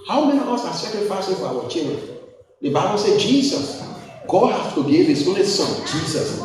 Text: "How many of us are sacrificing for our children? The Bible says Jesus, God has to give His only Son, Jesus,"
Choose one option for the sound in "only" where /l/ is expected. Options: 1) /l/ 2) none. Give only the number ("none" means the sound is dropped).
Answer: 1